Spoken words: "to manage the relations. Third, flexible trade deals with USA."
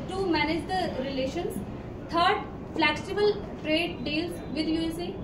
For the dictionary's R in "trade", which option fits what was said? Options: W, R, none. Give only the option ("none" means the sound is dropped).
R